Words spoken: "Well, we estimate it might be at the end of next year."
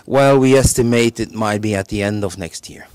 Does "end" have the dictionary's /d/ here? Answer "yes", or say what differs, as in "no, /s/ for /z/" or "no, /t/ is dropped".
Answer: yes